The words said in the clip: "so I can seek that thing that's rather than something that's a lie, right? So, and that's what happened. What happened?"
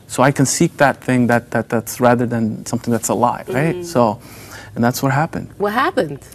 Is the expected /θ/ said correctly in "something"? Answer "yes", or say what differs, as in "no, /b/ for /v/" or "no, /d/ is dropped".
yes